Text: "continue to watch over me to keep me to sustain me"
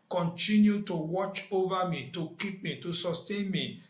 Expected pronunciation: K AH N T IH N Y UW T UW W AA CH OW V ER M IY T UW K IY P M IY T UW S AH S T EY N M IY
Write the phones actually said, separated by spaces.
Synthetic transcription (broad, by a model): K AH N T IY N Y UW T UW W AA CH OW V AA M IY T UW K IY P M IY T UW S AH S T EY N M IY